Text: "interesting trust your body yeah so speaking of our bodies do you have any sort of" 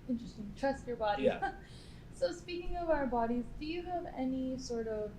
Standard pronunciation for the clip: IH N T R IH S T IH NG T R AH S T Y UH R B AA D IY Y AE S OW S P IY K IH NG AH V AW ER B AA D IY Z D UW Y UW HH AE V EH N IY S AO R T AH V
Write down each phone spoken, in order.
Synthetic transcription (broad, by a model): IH N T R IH S T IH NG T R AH S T Y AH R B AA D IY S OW S P IY K IH NG AH V AW ER B AA D IY Z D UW Y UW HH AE V EH N IY S AO R T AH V